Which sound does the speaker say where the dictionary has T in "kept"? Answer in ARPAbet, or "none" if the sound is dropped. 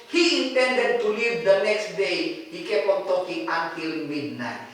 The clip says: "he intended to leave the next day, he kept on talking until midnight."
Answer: none